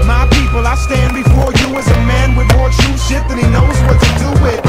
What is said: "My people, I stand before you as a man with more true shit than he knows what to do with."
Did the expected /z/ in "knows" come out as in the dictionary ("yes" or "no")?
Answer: yes